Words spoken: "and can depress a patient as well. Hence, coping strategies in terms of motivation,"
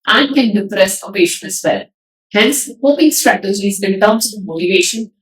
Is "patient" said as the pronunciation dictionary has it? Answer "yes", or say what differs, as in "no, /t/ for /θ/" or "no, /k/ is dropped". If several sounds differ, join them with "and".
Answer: no, /t/ is dropped